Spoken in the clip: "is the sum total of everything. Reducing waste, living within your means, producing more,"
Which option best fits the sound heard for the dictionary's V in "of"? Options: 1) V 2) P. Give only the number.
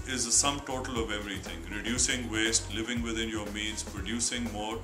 1